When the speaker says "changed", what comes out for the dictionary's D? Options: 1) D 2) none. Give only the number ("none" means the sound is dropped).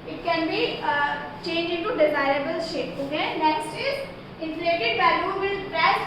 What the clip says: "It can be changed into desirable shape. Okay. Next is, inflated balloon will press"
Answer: 2